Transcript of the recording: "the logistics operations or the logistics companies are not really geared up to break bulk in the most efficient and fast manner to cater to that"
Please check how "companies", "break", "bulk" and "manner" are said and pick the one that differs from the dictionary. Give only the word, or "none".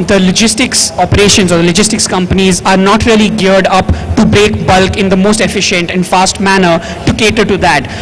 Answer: none